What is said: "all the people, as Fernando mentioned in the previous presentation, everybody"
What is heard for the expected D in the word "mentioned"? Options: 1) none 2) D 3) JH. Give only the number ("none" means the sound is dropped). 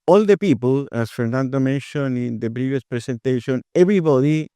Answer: 1